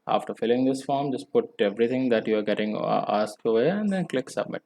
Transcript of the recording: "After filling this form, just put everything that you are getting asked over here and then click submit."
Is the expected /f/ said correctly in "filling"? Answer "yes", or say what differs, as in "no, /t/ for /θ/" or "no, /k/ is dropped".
yes